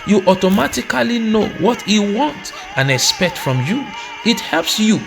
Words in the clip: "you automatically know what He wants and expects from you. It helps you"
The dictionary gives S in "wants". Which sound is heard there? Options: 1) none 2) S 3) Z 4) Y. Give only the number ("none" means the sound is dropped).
1